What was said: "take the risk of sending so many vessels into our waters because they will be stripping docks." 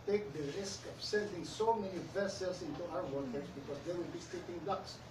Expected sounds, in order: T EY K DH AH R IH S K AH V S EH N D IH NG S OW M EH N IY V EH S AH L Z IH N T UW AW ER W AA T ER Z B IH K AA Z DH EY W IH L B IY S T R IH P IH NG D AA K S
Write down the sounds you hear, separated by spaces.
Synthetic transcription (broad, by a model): T EY K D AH R IH S K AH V S EH N D IH NG S OW M EH N IY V EH S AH L S IH N T UW AW ER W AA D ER S B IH K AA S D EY W IH L B IY S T IH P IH NG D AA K S